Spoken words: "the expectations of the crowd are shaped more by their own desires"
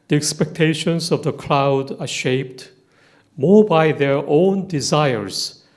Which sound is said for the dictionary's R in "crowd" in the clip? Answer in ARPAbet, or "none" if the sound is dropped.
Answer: L